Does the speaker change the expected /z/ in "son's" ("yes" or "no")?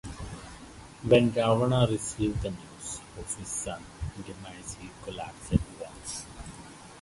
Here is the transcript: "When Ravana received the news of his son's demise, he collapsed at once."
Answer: yes